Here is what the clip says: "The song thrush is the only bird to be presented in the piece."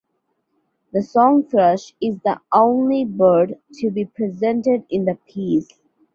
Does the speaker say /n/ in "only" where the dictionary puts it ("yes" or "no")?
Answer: yes